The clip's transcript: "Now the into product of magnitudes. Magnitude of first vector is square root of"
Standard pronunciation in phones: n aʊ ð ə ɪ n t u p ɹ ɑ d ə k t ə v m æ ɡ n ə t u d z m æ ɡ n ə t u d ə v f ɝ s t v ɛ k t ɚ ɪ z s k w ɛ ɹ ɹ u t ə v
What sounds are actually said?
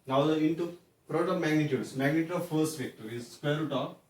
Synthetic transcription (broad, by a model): n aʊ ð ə ɪ n t u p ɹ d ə t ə m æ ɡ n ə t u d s m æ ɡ n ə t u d ə v f ɝ s t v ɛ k t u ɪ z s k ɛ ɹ ɹ u t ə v